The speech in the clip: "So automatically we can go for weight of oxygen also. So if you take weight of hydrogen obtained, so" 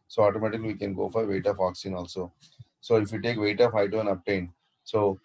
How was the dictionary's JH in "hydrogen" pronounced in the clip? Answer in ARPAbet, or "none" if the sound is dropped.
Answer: none